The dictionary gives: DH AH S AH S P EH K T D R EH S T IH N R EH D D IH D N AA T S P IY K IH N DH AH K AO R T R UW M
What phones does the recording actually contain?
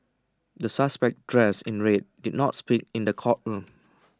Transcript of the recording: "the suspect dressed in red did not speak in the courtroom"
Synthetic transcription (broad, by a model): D AH S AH S P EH K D R EH S IH N R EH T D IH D N AA T S P IY K IH N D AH K AO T R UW M